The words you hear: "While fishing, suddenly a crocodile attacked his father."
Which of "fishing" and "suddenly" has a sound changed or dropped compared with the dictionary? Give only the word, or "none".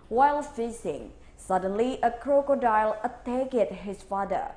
fishing